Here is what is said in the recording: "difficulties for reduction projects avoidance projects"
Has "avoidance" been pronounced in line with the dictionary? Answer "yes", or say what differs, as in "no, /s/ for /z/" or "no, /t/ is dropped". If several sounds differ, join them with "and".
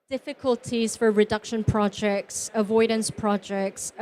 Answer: yes